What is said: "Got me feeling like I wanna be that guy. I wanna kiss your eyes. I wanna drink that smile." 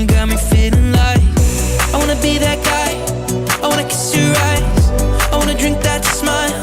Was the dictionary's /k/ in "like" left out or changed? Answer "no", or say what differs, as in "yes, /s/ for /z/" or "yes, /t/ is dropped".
yes, /k/ is dropped